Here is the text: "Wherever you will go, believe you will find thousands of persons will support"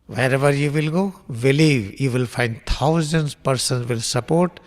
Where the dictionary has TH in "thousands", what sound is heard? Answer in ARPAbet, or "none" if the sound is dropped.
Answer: T